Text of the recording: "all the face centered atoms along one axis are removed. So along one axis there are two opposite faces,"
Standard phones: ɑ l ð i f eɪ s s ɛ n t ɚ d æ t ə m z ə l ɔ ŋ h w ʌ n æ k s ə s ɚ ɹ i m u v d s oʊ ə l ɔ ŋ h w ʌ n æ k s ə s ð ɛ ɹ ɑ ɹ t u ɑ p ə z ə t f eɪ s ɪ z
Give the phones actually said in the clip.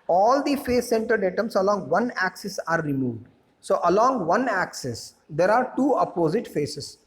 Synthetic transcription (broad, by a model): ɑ l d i f eɪ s s ɛ n t ɚ d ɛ t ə m s ə l ɔ ŋ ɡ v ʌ n æ k s ə s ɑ ɹ i m u v d s oʊ ə l ɔ ŋ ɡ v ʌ n æ k s ə s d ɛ ɹ ɑ ɹ t u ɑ p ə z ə t f eɪ s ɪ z